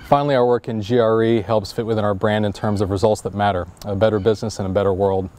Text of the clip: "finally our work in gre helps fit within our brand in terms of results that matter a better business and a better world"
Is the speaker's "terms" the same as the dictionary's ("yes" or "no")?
yes